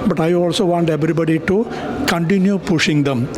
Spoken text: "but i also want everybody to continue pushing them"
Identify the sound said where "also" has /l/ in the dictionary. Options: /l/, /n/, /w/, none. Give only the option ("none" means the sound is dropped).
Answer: /l/